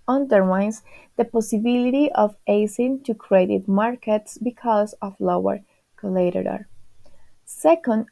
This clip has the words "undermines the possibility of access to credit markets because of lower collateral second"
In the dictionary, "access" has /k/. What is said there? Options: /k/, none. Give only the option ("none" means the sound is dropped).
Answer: none